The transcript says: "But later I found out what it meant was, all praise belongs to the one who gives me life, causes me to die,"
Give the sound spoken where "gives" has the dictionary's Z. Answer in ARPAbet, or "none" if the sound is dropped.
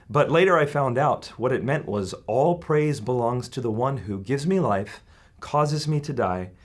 Z